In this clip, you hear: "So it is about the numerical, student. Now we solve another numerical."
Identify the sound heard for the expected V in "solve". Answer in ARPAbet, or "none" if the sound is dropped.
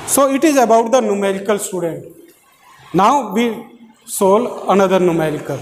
none